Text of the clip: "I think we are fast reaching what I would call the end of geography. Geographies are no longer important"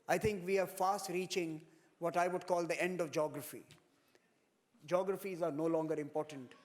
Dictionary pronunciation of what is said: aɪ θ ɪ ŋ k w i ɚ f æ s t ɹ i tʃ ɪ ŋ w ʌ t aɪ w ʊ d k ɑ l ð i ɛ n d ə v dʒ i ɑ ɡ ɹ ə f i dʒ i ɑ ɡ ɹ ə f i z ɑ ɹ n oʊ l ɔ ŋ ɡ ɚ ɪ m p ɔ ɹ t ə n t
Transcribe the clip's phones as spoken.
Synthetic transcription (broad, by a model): aɪ t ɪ ŋ k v i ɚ f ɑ s t ɹ i tʃ ɪ ŋ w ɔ t aɪ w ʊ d k ɑ l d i ɛ n d ə v dʒ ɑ ɡ ɹ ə f i dʒ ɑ ɡ ɹ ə f i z ɑ ɹ n oʊ l ɔ ŋ ɡ ɚ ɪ m p ɔ ɹ t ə n t